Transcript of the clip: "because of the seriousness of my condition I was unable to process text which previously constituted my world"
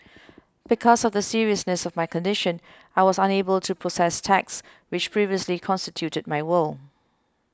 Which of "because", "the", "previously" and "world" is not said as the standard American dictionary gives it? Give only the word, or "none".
world